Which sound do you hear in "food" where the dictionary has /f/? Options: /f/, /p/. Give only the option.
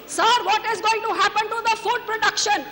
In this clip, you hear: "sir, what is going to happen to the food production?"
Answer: /f/